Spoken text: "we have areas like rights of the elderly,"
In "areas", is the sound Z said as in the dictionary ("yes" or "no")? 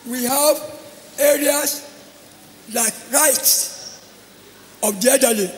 no